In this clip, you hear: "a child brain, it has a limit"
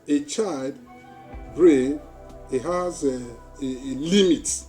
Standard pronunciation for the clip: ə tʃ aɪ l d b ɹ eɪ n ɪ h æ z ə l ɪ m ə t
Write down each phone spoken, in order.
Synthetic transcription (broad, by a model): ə tʃ aɪ l d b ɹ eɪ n ɪ h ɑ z ə l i m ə t